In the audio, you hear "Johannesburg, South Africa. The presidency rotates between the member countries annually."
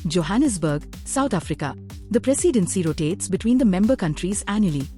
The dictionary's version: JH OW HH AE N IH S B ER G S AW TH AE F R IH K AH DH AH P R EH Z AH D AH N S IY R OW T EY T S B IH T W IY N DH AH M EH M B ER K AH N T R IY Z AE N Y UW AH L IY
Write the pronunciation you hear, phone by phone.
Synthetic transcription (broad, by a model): JH OW HH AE N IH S B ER G S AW T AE F R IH K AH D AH P R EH S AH D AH N S IY R OW T EY T S B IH T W IY N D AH M EH M B ER K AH N T R IY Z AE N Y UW L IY